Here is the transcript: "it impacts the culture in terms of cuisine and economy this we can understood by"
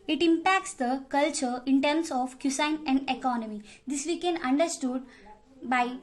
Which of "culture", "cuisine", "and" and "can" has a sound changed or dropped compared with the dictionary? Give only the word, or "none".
cuisine